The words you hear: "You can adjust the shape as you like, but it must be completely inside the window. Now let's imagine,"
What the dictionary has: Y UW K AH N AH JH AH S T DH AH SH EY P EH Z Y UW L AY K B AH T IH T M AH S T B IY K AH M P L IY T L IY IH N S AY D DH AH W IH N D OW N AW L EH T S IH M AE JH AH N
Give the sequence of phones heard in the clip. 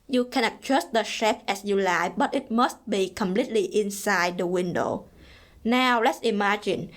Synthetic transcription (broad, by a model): Y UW K AH N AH CH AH S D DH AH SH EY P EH S Y UW L AY B AH T IH T M AH S T B IY K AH M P L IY T L IY IH N S AY D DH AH W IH N D OW N AW L EH T S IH M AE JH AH N